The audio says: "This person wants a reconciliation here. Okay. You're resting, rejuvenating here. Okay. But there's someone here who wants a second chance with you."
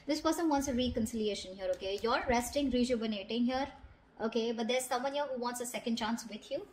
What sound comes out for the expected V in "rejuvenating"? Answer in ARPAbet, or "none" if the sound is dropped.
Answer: B